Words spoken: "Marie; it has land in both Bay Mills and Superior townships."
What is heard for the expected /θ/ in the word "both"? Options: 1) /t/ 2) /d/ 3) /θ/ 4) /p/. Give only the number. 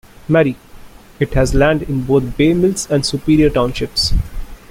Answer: 1